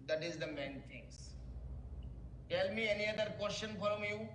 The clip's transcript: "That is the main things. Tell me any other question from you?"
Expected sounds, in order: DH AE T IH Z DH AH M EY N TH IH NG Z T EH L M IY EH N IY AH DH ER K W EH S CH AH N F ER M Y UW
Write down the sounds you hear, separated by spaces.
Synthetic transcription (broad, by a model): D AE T IH Z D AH M EY N T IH NG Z T EH L M IY EH N IY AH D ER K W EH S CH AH N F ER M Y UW